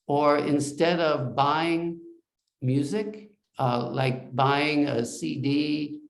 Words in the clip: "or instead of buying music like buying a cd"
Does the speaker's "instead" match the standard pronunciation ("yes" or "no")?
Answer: yes